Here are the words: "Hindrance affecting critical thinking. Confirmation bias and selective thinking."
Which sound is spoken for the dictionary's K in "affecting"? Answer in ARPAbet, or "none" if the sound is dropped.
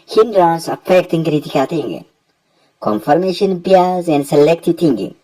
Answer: K